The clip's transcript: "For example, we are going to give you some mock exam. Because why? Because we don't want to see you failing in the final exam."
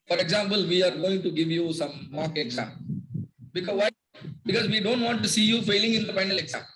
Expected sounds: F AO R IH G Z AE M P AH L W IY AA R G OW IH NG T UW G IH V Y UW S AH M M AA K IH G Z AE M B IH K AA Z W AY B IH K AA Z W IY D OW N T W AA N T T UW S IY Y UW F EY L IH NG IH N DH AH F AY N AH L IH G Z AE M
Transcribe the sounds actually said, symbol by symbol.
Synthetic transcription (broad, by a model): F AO R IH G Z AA M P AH L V IY AA R G OW IH NG T UW G IH V Y UW S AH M M AA K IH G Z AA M B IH K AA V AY B IH K AA Z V IY D OW N T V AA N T T UW S IY Y UW F EY L IH NG IH N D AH P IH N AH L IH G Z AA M